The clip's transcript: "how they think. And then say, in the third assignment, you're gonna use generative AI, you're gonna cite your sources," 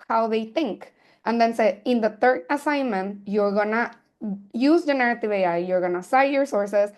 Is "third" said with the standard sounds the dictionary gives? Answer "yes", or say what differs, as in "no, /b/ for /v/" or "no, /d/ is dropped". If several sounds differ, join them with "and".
no, /t/ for /θ/